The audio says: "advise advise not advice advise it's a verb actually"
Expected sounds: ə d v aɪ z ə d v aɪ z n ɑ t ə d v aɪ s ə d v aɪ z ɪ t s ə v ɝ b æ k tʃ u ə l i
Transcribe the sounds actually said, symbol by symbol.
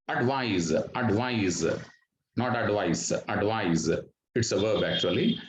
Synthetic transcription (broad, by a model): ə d v aɪ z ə d v aɪ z n ɑ t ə d v aɪ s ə d v aɪ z ɪ t s ə v ɝ b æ k tʃ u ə l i